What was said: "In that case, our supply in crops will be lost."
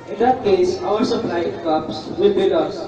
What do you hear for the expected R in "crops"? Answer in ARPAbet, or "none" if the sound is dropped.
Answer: none